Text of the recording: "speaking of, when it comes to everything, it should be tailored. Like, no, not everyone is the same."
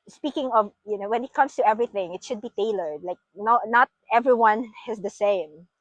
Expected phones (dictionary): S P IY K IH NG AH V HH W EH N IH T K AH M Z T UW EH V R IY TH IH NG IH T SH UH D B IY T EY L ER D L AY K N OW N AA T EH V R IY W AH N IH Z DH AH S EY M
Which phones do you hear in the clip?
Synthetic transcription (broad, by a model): S P IY K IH NG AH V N W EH N IH T K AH M S T UW EH V R IY TH IH NG IH T SH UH D B IY T EY L ER D L AY K N OW N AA T EH V R IY W AH N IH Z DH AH S EY M